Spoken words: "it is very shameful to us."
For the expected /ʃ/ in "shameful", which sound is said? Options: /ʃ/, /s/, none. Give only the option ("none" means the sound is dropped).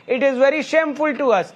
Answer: /ʃ/